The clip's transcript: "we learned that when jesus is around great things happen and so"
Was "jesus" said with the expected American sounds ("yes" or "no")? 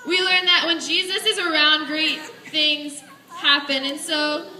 yes